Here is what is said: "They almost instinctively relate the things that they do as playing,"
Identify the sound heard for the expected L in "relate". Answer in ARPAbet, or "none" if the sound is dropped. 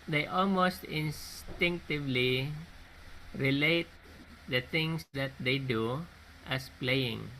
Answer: L